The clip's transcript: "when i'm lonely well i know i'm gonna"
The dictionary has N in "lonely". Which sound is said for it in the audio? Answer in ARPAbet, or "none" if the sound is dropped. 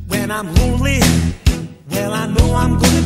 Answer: none